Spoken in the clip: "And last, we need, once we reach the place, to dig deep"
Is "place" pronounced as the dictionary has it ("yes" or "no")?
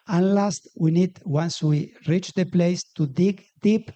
yes